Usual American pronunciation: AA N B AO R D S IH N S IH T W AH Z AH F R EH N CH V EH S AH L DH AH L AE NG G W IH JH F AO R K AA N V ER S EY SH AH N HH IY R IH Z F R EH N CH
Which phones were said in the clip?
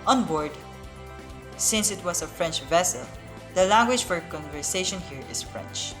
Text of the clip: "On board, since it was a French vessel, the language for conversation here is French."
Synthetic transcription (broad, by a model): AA N B AO R D S IH N S IH T W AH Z AH F R EH N CH V EH S AH L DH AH L AE NG G W IH JH F AO R K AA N V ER S EY SH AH N HH IY R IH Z F R EH N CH